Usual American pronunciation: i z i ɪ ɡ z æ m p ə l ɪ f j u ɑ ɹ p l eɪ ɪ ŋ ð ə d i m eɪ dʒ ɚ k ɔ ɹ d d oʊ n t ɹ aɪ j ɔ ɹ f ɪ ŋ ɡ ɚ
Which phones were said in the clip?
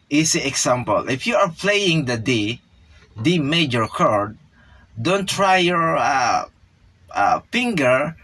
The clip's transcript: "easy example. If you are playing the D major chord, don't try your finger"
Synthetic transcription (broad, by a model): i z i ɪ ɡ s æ m p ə l ɪ f j u ɑ ɹ p l eɪ ɪ ŋ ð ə d i m eɪ dʒ ɚ k ɔ ɹ d d oʊ n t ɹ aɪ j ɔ ɹ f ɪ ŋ ɡ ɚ